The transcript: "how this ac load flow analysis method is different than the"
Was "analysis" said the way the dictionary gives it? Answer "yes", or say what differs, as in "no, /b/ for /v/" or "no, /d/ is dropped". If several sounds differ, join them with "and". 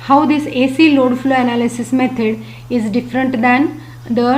yes